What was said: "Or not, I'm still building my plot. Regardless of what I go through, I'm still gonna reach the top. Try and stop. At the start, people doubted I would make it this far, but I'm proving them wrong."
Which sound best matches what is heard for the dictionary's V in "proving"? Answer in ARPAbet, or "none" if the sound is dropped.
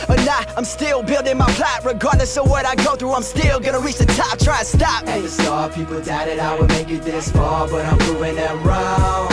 none